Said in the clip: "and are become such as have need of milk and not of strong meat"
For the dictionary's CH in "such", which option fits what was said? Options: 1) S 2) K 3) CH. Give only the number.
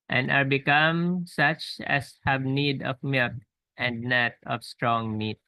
3